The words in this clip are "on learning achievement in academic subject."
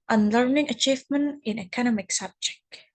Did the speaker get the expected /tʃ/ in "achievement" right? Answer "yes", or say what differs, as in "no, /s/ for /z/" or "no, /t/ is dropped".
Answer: yes